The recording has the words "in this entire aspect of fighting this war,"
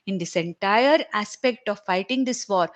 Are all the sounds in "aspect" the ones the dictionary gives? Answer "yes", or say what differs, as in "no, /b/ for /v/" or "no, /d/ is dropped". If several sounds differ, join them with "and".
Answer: yes